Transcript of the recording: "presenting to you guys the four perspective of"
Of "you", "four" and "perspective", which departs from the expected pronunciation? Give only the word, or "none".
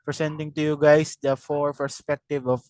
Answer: none